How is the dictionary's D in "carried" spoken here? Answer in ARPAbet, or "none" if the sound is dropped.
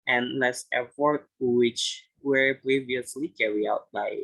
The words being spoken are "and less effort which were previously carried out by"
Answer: none